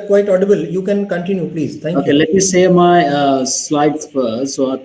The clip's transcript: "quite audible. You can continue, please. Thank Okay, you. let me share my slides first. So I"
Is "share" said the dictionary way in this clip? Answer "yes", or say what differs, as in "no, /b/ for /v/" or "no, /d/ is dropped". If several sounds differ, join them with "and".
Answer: no, /s/ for /ʃ/